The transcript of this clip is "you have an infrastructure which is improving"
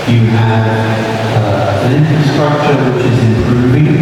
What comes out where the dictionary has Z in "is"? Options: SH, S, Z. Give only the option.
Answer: Z